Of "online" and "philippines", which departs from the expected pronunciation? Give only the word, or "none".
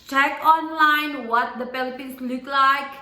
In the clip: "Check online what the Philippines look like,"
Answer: philippines